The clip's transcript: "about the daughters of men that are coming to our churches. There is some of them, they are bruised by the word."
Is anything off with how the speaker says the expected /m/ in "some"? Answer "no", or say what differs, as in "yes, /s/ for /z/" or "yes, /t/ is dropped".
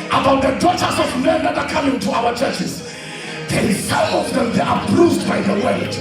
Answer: yes, /m/ is dropped